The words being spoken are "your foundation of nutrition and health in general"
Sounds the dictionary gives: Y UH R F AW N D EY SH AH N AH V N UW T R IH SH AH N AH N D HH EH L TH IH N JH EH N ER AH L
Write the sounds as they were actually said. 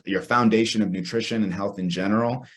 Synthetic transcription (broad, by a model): Y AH R F AW N D EY SH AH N AH V N UW T R IH SH AH N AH N HH EH L TH IH N JH EH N ER L